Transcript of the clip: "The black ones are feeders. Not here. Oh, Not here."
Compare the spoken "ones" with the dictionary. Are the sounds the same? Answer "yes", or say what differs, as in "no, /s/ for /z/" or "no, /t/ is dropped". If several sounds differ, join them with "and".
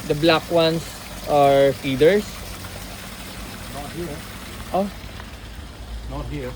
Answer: no, /s/ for /z/